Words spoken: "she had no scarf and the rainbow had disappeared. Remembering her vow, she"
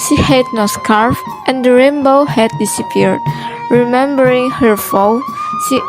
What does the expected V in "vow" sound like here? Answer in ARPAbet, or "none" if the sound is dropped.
F